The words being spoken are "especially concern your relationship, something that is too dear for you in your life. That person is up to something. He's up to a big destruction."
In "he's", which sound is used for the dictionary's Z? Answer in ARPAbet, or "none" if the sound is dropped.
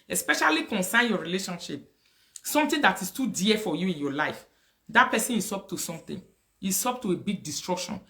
S